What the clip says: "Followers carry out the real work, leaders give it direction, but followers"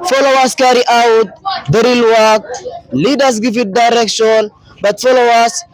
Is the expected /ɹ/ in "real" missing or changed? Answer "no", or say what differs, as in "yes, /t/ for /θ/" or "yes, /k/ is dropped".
no